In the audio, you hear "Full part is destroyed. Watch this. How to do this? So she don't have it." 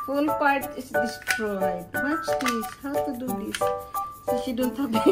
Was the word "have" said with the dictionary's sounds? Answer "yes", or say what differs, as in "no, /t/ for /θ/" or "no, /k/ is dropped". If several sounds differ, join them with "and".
no, /b/ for /v/